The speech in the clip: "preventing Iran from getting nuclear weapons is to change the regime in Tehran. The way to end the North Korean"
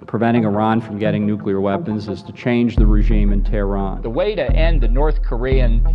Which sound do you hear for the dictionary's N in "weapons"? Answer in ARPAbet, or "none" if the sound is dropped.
N